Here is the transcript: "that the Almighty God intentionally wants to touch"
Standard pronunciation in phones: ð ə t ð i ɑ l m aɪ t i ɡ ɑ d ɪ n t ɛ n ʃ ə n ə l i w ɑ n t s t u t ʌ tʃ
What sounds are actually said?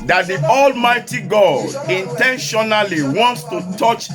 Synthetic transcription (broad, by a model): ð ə t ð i ɑ l m aɪ t i ɡ ɑ d ɪ n t ɛ n ʃ ə n ə l i w ɑ n t s t u t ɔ tʃ